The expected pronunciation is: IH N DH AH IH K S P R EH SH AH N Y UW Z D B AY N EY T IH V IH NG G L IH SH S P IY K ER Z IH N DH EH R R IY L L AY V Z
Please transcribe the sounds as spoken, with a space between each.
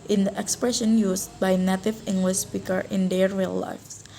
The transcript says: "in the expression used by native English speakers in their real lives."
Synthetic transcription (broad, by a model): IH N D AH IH K S P R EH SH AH N Y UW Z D B AY N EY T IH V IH NG G L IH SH S P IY K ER IH N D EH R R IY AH L AY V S